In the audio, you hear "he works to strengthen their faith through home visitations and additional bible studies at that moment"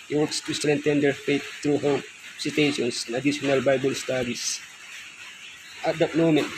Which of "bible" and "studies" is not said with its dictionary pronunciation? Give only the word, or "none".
studies